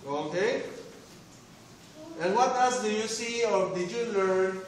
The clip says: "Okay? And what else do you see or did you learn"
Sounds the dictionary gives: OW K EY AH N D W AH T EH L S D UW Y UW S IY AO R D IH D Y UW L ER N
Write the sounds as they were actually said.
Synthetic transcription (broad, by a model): OW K EY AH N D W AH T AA S D UW Y UW S IY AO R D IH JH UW L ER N